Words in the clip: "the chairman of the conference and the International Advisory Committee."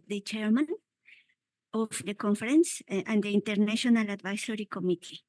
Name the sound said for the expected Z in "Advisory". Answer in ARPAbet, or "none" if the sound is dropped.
S